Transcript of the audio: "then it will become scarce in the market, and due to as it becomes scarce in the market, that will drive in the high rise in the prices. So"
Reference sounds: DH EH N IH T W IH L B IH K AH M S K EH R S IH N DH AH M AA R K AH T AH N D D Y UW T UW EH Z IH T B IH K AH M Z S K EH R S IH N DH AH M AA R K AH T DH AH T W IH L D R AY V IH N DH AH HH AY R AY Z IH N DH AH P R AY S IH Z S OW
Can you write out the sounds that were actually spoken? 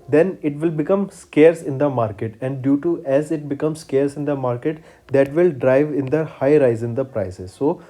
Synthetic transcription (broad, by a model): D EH N IH T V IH L B IH K AH M S K EH R S IH N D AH M AA R K AH T AH N D D Y UW T UW EH Z IH T B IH K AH M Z S K EH R S IH N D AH M AA R K AH T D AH T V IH L D R AY V IH N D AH HH AY R AY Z IH N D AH P R AY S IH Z S OW